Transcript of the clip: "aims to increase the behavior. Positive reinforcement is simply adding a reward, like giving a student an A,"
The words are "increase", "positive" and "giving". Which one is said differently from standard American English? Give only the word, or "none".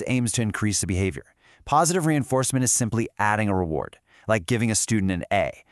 none